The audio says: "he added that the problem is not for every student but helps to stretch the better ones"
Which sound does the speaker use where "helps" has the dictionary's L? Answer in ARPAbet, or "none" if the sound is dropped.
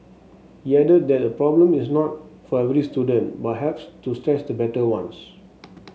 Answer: none